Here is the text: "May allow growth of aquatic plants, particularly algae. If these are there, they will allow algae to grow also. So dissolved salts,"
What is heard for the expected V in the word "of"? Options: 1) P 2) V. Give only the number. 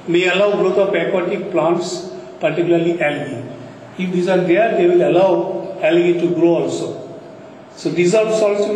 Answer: 1